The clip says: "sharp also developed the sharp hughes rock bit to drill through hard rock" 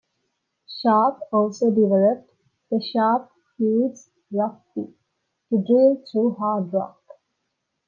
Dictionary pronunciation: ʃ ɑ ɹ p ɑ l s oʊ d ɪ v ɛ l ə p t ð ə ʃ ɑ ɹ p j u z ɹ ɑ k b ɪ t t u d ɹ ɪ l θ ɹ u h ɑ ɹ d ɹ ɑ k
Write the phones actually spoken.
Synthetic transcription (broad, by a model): ʃ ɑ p ɑ l s oʊ d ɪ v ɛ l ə p t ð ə ʃ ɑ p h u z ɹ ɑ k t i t t u d ɹ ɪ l t ɹ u h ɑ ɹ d ɹ ɑ k